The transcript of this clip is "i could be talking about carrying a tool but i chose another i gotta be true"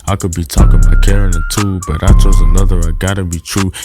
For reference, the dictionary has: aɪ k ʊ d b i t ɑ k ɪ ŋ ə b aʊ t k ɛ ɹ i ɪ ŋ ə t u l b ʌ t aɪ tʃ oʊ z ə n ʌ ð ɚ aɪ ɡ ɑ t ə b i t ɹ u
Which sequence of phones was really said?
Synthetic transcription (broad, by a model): aɪ k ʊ d b i t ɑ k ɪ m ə ɪ k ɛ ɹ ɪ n ə t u b ʌ t aɪ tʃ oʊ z ə n ʌ ð ɚ aɪ ɡ ɑ t ə b i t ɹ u